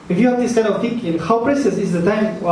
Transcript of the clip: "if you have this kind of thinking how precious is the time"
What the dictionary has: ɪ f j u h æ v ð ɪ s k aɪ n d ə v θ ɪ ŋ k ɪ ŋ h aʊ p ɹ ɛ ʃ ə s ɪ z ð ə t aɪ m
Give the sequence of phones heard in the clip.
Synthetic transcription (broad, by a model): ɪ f j u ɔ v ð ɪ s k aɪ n ə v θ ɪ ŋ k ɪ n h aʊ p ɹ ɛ s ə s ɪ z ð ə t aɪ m